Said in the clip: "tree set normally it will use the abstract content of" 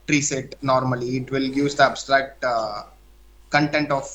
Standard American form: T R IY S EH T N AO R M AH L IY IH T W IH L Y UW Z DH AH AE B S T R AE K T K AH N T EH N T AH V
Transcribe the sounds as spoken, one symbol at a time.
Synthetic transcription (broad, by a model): T R IY S EH T N AO R M AH L IY IH T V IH L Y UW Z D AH AE B S T R AE K T K AH N T EH N T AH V